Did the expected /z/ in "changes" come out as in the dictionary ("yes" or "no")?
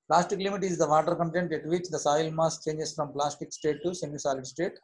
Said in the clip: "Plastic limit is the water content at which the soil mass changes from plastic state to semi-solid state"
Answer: no